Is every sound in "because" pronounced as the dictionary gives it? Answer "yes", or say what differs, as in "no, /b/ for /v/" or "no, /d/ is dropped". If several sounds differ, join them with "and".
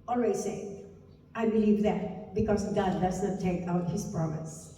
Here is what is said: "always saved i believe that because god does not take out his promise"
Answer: no, /s/ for /z/